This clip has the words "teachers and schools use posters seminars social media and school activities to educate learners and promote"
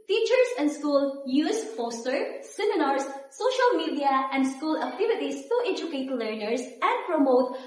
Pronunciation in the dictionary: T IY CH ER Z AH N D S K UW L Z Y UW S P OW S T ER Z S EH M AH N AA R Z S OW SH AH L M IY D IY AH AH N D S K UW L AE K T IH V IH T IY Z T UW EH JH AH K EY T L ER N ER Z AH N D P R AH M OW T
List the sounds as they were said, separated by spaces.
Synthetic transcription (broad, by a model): T IY CH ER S AH N D S K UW L Y UW S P OW S T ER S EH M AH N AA R S OW SH AH L M IY D IY AH AH N D S K UW L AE K T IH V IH T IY S T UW EH JH AH K EY T L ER N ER S AH N D P R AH M OW T